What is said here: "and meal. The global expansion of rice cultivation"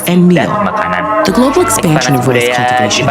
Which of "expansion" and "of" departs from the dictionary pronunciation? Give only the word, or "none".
none